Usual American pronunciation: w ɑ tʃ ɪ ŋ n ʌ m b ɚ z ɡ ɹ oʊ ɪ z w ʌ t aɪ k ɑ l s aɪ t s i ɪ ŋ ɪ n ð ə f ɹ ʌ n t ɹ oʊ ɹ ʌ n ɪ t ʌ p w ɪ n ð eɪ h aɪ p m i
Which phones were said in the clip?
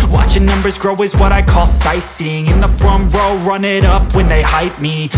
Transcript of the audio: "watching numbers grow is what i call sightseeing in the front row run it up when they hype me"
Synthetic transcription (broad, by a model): w ɑ tʃ ɪ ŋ n ʌ m b ɚ z ɡ ɹ oʊ ɪ z w ʌ t aɪ k ɑ l s aɪ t s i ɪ ŋ ɪ n ð ə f ɹ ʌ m ɹ oʊ ɹ ʌ n ɪ t ʌ p w ɪ n ð eɪ h aɪ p m i